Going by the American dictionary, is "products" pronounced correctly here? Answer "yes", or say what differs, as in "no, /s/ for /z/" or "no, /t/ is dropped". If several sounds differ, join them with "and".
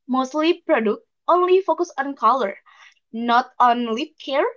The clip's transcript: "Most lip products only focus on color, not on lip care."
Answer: no, /s/ is dropped